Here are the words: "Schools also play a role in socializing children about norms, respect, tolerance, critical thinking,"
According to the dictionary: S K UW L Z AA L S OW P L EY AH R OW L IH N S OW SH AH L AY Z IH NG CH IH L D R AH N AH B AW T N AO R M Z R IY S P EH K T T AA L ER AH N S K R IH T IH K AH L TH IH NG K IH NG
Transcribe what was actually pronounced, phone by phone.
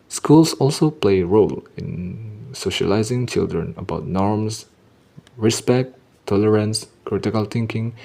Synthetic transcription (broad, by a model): S K UW L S AA L S OW P L EY AH R OW L IH N S OW SH AH L AY Z IH NG CH IH L D R AH N AH B AW T N AO R M S R IY S P EH K T T AA L ER AH N S K R IH T IH K AH L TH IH NG K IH NG